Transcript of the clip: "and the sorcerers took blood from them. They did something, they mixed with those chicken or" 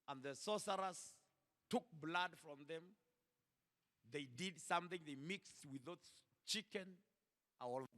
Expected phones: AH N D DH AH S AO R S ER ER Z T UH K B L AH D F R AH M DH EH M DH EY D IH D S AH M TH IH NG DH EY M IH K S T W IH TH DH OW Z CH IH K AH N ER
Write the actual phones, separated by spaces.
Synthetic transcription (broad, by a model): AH N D DH AH S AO S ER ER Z T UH K B L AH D F R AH M DH EH M DH EY D IH D S AH M TH IH NG DH EY M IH K S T W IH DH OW S CH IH K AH N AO